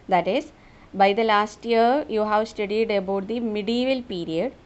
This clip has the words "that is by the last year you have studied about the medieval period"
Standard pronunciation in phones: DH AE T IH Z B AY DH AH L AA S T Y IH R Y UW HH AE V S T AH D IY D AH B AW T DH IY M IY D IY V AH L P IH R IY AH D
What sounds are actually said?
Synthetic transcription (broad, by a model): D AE T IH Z B AY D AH L AA S T Y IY R Y UW HH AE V S T AH D IY D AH B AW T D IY M IY D IY V AH L P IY R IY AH D